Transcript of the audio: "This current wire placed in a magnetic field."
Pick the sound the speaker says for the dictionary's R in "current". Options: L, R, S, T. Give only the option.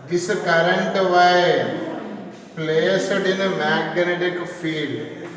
R